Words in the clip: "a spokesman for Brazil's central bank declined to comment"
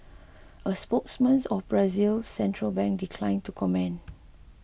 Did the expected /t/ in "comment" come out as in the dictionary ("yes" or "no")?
no